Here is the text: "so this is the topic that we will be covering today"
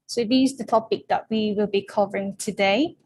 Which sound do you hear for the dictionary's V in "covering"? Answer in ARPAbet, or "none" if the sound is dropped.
V